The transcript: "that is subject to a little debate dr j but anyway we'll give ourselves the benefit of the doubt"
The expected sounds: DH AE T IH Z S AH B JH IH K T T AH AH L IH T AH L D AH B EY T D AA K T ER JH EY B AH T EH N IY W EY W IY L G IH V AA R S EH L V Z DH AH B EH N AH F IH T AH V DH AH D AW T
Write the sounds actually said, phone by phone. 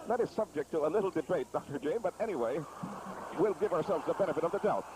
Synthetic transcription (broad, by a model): DH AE T IH Z S AH B JH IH K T T AH AH L IH T L D AH B EY T D AA K T ER JH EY B AH T EH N IY W EY W IY L G IH V AA R S EH L V Z DH AH B EH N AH F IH T AH V DH AH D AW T